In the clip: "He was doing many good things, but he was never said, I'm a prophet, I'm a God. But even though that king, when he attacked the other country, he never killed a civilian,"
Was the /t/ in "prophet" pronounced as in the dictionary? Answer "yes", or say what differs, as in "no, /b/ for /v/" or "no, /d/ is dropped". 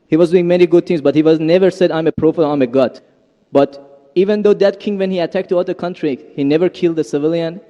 no, /t/ is dropped